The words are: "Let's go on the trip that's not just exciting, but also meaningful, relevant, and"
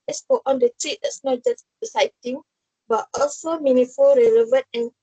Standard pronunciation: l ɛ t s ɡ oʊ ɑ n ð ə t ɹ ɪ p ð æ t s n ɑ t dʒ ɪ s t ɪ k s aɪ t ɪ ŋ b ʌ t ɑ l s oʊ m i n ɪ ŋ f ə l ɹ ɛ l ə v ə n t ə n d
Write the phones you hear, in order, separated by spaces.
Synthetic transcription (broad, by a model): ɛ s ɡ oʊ ɑ n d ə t ɹ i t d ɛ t s n ɑ t dʒ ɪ s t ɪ s aɪ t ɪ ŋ b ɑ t ɑ l s oʊ m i n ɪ f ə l ɹ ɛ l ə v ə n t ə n